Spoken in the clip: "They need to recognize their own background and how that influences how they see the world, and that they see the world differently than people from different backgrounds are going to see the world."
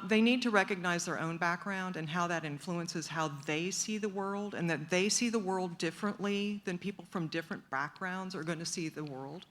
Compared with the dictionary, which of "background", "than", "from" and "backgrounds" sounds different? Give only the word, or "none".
none